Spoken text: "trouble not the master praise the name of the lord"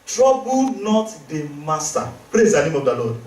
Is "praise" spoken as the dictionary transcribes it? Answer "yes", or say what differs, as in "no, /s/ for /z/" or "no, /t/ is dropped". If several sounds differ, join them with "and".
yes